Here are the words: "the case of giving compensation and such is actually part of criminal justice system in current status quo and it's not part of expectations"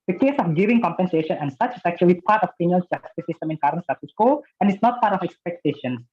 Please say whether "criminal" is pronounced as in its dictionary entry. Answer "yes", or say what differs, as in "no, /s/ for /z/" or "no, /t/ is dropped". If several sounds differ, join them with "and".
no, /n/ is dropped